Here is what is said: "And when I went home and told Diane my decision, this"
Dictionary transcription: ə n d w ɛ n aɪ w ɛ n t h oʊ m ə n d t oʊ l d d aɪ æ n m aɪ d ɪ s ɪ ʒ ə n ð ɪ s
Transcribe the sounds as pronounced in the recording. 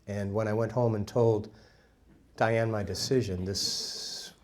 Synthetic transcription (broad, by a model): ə n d w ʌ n aɪ w ɛ n t h oʊ m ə n t oʊ l d d aɪ æ n m aɪ d ɪ s ɪ ʒ ə n ð ɪ s